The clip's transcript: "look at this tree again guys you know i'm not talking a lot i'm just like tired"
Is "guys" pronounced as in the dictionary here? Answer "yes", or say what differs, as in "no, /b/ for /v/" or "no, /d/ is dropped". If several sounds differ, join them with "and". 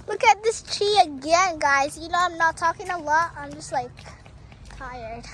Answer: yes